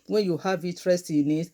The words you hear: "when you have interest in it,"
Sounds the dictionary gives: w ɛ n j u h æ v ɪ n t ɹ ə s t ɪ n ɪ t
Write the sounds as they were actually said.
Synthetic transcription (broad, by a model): w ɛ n j u h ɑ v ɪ t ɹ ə s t ɪ n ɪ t